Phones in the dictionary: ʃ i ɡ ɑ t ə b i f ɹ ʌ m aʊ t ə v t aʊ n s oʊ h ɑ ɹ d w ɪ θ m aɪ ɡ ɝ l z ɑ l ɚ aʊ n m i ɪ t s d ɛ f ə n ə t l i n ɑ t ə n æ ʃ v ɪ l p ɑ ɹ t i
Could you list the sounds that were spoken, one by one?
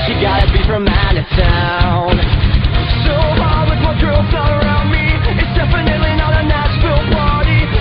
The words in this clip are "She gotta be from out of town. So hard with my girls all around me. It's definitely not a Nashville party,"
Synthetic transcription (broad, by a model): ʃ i ɡ ɑ t ə b i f ɹ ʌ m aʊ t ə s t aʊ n s oʊ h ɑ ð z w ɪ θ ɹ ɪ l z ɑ n ɚ aʊ n m i ɪ t s d ɛ f ə n ə t l i n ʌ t ə n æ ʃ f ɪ l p ɑ ɹ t i